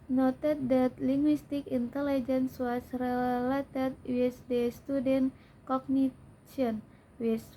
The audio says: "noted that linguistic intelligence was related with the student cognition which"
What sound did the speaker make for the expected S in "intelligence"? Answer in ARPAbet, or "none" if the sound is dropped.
S